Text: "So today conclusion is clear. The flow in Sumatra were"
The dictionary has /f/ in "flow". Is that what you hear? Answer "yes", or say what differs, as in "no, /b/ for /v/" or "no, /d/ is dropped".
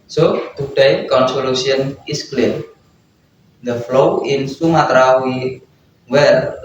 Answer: yes